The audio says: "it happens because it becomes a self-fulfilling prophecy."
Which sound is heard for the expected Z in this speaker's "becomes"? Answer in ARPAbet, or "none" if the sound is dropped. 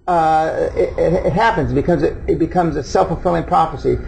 Z